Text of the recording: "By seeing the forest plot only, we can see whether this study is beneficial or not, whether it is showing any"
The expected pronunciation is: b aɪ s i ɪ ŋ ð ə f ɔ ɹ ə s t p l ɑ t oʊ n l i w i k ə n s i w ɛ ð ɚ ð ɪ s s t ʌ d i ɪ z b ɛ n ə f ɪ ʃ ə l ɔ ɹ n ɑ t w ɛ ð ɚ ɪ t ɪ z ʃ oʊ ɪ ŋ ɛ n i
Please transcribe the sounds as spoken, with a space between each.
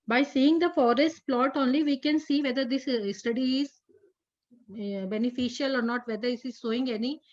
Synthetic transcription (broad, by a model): b aɪ s i ɪ ŋ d ə f ɔ ɹ ə s t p l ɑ t oʊ n l i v i k ə n s i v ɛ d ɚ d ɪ s s t ʌ d i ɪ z b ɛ n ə f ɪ ʃ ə l ɔ ɹ n ɑ t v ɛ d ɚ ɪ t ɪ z s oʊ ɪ ŋ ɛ n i